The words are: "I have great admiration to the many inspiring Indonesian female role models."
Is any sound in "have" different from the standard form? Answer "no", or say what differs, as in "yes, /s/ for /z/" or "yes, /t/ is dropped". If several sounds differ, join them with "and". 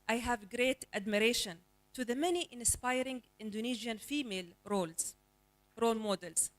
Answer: no